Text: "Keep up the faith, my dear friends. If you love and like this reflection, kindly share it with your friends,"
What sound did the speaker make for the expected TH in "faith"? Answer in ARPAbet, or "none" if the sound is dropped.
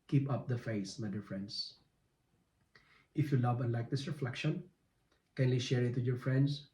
S